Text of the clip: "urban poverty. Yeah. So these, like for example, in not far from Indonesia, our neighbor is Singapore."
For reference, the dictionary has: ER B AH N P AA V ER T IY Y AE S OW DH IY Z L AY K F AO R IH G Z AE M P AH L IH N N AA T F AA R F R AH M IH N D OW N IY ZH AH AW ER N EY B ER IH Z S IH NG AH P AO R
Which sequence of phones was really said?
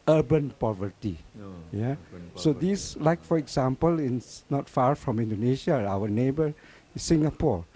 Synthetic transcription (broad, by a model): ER B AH N P AA V ER T IY Y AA S OW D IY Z L AY K F AO R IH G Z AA M P AH L IH N N AA T F AA R F R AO M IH N D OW N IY SH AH AW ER N EY B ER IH S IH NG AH P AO R